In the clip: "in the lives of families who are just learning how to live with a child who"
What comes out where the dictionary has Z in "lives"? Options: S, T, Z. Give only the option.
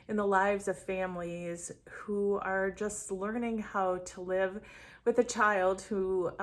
Z